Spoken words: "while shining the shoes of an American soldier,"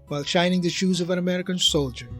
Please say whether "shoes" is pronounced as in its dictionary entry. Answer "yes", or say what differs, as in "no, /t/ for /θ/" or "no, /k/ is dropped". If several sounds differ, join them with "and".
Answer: yes